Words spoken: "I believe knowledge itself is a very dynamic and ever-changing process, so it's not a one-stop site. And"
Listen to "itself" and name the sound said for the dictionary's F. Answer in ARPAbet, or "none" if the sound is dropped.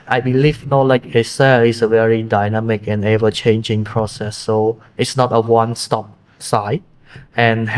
none